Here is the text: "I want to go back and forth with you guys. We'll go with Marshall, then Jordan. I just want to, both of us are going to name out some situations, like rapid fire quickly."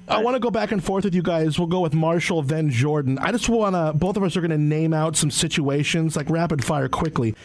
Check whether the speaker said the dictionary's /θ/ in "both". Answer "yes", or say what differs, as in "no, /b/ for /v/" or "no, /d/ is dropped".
yes